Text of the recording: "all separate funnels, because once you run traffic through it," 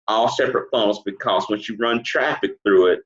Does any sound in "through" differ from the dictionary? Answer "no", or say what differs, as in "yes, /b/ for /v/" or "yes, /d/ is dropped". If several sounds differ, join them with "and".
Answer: no